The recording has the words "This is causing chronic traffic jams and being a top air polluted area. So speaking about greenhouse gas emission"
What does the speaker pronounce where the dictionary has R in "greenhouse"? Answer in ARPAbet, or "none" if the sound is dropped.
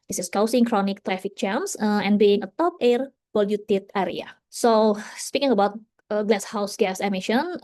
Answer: L